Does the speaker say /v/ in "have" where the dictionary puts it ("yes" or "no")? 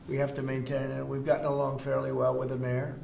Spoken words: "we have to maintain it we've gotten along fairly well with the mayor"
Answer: no